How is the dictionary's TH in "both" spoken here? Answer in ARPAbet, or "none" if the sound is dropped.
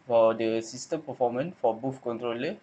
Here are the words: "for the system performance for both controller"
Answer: F